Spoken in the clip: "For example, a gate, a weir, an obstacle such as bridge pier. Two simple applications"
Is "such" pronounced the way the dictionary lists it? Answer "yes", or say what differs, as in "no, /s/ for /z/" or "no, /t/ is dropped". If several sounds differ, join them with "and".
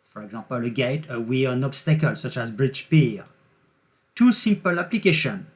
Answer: yes